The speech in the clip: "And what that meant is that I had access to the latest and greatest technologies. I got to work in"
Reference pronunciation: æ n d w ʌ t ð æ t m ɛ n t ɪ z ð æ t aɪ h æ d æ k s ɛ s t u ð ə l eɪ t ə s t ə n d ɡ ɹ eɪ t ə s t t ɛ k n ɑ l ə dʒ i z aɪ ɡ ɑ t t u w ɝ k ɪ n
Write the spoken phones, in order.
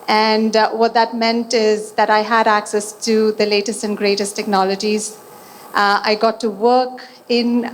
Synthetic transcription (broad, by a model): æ n d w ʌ t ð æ t m ɛ n t ɪ z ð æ t aɪ h æ d æ k s ɛ s t u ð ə l eɪ t ə s t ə n ɡ ɹ eɪ t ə s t t ɛ k n ɑ l ə dʒ i z aɪ ɡ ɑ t t u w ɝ k ɪ n